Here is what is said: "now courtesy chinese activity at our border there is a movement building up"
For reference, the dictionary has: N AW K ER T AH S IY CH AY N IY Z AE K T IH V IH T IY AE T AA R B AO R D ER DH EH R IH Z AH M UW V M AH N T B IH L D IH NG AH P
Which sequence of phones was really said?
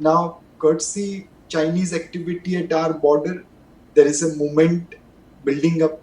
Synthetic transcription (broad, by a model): N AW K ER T S IY CH AY N IY Z AE K T IH V IH T IY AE T AA R B AO R D ER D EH R IH Z AH M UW M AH N T B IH L D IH NG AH P